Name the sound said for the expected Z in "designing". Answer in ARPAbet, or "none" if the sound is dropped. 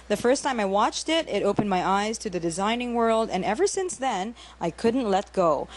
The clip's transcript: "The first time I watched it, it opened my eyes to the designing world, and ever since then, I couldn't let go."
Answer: Z